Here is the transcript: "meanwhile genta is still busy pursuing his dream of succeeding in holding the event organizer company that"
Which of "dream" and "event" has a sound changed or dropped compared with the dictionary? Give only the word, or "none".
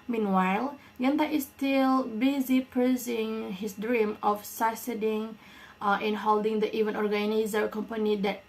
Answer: event